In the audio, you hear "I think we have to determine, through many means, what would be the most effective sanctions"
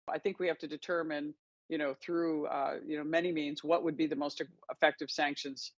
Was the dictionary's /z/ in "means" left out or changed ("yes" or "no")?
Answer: no